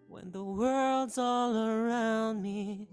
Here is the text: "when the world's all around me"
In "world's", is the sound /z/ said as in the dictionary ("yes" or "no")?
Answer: yes